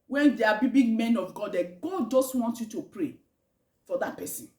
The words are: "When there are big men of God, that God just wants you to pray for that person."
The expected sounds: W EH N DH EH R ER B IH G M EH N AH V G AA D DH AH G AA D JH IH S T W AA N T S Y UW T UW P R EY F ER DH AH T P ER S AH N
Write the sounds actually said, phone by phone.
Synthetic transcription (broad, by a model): W EH N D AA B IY B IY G M EH N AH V G AA D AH G AA D JH IH S T W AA N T Y UW T UW P R EY F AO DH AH T P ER S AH N